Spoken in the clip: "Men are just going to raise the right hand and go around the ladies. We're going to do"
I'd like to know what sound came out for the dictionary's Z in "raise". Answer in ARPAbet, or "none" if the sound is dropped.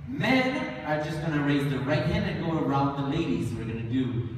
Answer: Z